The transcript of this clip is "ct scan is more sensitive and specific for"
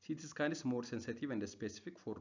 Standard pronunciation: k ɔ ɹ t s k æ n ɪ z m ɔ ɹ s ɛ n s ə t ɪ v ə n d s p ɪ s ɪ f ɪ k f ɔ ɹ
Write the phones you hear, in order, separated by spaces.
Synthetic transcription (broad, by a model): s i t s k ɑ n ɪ s m ɔ ɹ s ɛ n s ə t ɪ v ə n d s p ɪ s ɪ f ɪ k f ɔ ɹ